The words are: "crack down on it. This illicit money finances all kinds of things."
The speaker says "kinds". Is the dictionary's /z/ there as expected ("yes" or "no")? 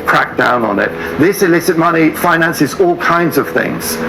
yes